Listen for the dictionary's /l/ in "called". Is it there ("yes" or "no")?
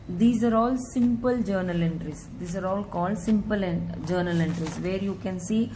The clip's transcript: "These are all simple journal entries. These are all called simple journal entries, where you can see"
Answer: yes